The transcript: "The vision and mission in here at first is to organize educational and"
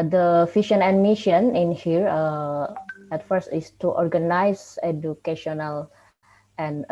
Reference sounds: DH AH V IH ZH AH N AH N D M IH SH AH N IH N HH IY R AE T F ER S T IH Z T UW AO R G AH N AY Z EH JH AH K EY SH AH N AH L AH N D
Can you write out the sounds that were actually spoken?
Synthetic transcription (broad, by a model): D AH F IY SH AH N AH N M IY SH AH N IH N HH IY R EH T F ER S T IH S T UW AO R G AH N AY S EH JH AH K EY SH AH N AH L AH N